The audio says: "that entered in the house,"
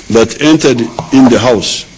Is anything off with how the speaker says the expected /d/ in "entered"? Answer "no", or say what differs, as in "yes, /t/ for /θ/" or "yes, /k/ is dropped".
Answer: no